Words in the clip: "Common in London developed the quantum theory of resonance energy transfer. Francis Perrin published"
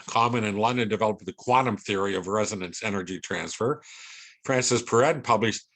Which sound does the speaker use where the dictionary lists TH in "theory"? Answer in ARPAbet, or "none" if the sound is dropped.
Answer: TH